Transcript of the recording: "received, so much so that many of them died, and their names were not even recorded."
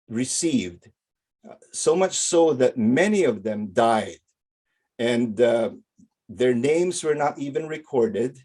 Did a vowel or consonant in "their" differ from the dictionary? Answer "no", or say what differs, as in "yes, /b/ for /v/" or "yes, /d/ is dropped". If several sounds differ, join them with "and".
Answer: no